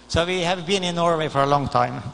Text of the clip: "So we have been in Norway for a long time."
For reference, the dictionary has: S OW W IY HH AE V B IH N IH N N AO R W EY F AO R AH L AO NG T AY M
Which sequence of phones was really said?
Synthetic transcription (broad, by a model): S OW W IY HH AE V B IH N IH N N AO R W EY F AO R AH L AO NG T AY M